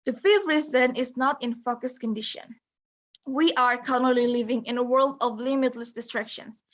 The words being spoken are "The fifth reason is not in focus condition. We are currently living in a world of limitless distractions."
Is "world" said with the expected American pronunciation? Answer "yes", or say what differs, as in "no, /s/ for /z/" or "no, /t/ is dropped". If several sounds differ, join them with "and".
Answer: yes